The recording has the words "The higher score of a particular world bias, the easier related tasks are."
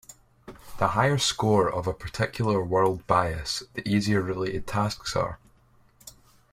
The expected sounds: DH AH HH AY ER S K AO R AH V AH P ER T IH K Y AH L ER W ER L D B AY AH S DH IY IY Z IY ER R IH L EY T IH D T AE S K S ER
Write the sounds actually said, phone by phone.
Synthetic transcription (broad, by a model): DH AH HH AY ER S K AO R AH V AH P ER T IH K Y L ER W ER L D B AY AH S DH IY IY Z IY ER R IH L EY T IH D T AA S K S ER